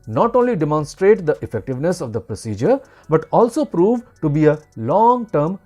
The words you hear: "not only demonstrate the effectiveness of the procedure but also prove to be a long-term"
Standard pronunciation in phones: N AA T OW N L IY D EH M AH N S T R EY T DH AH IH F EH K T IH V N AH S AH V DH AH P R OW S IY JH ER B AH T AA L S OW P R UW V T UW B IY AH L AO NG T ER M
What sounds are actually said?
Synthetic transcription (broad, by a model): N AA T OW N L IY D EH M AH N S T R EY T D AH IH F EH K T IH V N AH S AH V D AH P R OW S IY JH ER B AH T AA L S OW P R UW V T UW B IY AH L AO NG T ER M